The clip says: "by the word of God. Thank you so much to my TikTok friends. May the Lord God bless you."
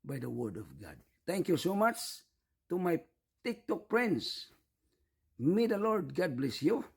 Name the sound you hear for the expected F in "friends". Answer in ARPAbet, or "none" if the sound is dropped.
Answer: P